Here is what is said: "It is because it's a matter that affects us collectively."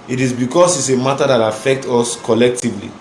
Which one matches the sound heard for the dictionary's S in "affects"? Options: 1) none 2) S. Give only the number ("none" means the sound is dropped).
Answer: 1